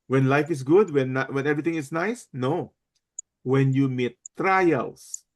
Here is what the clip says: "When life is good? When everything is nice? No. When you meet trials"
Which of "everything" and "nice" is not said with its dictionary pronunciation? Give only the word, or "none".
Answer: everything